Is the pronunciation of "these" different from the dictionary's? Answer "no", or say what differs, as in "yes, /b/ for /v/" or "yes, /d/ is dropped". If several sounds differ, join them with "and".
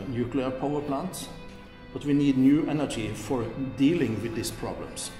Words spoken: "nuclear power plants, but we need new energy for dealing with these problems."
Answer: yes, /s/ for /z/